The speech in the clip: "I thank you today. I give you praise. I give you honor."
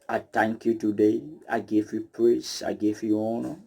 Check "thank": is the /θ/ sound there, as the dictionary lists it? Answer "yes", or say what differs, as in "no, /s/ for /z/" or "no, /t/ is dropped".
no, /t/ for /θ/